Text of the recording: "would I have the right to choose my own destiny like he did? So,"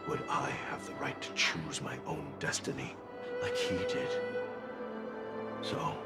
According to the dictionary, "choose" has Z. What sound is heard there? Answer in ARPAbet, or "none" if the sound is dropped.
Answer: Z